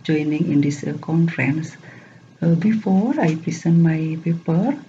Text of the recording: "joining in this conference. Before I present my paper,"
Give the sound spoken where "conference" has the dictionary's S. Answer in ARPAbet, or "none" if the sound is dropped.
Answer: S